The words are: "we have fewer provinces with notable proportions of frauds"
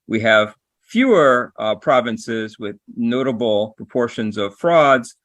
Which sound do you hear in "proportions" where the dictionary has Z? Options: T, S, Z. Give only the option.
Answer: Z